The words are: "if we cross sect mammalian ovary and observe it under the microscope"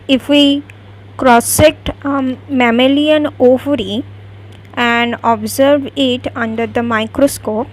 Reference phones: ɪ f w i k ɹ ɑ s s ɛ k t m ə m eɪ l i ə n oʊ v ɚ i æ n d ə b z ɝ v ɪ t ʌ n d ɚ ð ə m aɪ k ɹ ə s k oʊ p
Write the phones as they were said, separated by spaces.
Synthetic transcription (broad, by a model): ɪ f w i k ɹ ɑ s s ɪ t m ə m eɪ l i ə n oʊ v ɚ i æ n d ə b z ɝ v ɪ t ʌ n d ɚ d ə m aɪ k ɹ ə s k oʊ p